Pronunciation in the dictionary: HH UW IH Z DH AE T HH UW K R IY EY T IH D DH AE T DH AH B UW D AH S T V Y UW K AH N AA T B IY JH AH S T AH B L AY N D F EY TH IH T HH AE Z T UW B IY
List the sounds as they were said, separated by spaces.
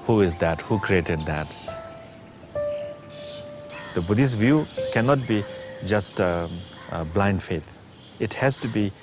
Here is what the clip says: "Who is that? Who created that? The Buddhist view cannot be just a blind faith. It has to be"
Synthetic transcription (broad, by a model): HH UW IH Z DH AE T HH UW K R IY EY T IH D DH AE T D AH B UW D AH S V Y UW K AH N AA T B IY JH AH S T B L AY N D F EY T IH T HH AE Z T UW B IY